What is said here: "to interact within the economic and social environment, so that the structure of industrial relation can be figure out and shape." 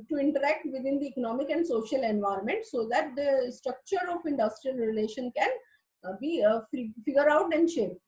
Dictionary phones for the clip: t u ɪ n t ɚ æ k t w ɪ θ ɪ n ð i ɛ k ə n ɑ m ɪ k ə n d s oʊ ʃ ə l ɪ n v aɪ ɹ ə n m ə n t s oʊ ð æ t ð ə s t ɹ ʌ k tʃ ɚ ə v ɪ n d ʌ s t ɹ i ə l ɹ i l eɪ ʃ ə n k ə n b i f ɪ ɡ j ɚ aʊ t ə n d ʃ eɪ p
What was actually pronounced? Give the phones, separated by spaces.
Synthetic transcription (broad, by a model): t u ɪ n t ɚ æ k t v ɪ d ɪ n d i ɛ k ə n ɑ m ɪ k ə n d s oʊ ʃ ə l ɪ n v aɪ ɹ ə n m ə n t s oʊ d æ t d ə s t ɹ ʌ k tʃ ɚ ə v ɪ n d ʌ s t ɹ i ə l ɹ i l eɪ ʃ ə n k ə n b i f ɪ ɡ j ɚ aʊ t ə n d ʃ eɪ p